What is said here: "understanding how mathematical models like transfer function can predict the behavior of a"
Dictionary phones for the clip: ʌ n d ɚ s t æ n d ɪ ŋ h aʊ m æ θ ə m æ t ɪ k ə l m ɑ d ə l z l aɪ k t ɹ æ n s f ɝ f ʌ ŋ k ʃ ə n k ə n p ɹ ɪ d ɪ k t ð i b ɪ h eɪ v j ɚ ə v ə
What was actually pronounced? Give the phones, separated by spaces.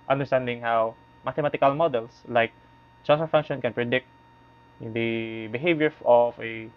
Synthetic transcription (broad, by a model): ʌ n d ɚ s t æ n d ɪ ŋ h aʊ m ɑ t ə m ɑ t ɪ k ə l m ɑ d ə l s l aɪ k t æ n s ɝ f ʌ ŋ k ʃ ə n k ə n p ɹ ɪ d ɪ k t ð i b ɪ h eɪ v j ɚ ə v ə